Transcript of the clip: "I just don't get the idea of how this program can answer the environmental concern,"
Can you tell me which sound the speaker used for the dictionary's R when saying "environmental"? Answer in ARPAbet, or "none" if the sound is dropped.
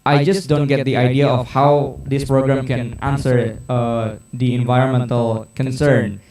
R